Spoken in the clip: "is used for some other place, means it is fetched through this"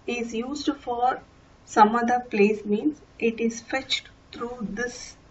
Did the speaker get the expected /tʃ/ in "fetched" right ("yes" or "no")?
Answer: yes